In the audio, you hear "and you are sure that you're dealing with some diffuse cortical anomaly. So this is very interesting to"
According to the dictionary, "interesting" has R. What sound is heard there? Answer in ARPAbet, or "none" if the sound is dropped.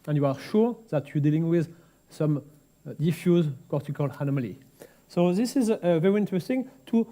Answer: R